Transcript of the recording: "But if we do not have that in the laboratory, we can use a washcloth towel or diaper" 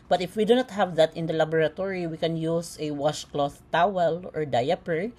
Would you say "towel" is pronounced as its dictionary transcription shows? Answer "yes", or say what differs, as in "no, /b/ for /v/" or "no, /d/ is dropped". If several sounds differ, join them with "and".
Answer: yes